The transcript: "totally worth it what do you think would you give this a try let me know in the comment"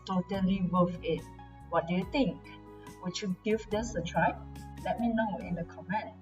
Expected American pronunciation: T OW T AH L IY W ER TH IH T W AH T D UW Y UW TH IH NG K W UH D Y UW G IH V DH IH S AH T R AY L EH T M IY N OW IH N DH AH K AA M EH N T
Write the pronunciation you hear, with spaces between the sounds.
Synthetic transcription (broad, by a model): T OW T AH L IY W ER F IH T W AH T D UW Y UW T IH NG K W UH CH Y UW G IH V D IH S AH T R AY L EH T M IY N OW IH N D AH K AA M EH N